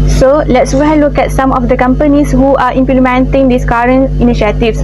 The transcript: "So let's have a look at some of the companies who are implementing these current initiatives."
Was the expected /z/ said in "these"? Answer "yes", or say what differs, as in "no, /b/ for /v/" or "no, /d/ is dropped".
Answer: no, /s/ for /z/